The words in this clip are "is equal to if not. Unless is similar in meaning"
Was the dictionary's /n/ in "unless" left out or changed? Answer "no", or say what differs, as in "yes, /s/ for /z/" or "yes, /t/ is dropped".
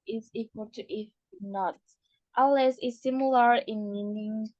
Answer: yes, /n/ is dropped